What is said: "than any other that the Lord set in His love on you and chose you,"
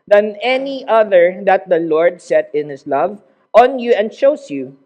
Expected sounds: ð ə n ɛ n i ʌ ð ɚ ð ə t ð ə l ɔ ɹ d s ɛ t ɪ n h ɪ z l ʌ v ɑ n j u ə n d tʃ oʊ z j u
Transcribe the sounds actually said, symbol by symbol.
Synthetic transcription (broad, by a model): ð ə n ɛ n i ʌ ð ɚ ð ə t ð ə l ɔ ɹ d s ɛ t ɪ n h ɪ s l ʌ v ɑ n j u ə n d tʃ oʊ s j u